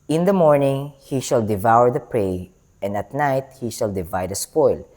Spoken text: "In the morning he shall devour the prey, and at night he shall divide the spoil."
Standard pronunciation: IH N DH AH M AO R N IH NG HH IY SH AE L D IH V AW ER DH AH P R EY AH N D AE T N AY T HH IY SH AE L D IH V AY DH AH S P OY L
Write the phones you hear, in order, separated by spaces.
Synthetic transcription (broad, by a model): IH N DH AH M AO R N IH NG HH IY SH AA L D IH V AW ER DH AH P R EY AH N D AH T N AY T HH IY SH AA L D IH V AY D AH S P OY L